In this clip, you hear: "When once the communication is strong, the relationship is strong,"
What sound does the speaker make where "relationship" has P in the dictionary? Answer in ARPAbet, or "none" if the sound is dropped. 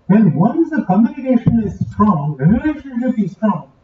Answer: B